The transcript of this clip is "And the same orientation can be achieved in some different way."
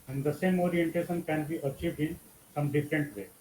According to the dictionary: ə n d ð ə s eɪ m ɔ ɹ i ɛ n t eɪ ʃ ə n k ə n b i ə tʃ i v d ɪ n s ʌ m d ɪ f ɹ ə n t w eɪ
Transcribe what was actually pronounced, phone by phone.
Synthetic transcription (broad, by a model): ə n d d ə s eɪ m ɔ ɹ i ɛ n t eɪ ʃ ə n k ə n b i ə tʃ i v d ɪ n s ʌ m d ɪ f ɹ ə n t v eɪ